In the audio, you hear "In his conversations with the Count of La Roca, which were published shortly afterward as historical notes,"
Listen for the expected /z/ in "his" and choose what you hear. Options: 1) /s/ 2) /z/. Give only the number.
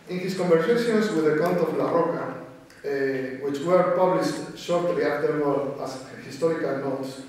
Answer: 1